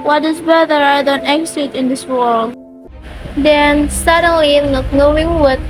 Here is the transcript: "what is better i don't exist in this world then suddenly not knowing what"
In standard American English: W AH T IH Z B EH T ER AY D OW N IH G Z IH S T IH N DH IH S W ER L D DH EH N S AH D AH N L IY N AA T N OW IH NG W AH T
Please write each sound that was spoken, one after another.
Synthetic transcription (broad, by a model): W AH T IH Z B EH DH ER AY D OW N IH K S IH T IH N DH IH S W ER L D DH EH N S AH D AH N L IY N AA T N OW IH NG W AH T